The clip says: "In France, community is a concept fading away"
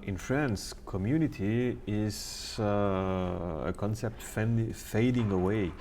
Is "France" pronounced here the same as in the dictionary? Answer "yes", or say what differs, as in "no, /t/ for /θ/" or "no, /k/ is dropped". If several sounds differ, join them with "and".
yes